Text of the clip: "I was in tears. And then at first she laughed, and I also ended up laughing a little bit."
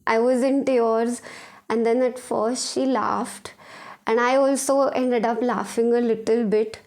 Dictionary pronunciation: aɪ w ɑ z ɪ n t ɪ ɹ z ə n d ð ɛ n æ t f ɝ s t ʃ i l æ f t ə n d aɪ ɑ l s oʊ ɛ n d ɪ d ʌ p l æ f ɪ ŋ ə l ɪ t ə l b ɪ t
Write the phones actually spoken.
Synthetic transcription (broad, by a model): aɪ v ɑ z ɪ n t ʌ ɹ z ə n d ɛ n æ t f ɝ s t ʃ i l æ f t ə n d aɪ ɑ l s oʊ ɛ n d ɪ d ʌ p l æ f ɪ ŋ ə l ɪ t ə l b ɪ t